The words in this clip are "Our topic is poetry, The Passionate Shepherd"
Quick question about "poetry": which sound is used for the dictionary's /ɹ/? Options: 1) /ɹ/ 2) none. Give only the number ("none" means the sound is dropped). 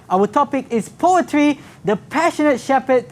1